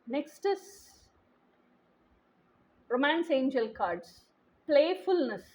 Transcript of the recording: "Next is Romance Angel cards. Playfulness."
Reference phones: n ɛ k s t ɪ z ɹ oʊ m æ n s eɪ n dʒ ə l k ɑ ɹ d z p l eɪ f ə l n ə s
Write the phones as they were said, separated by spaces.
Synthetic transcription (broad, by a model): n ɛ k s t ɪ s ɹ oʊ m æ n s eɪ n dʒ ə l k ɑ ɹ d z p l eɪ f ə l n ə s